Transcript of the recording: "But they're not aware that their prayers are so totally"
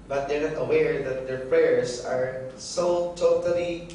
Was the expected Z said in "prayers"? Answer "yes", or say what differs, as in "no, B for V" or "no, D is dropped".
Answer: no, S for Z